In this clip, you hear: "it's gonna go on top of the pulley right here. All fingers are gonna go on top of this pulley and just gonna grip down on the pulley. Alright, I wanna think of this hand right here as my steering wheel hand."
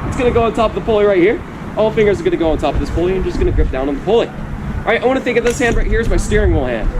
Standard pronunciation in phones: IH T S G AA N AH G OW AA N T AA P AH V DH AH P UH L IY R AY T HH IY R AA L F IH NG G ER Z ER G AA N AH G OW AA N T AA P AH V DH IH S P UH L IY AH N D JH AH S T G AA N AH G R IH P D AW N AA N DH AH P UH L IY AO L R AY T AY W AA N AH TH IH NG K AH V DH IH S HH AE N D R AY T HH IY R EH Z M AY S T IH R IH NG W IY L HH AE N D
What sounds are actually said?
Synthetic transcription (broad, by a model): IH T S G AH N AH G OW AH N T AA P AH V DH AH P UH L IY R AY T HH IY R AA L F IH NG G ER Z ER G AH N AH G OW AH N T AA P AH V DH IH S P UH L IY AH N JH AH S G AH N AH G R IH P D AW N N DH AH P UH L IY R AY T AY W AA N AH TH IH NG K AH V DH IH S HH AE N D R AY T HH IY R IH Z M AY S T IH R IH NG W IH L HH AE N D